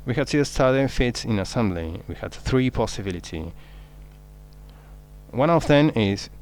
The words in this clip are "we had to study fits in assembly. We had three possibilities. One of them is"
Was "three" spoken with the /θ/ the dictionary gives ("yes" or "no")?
yes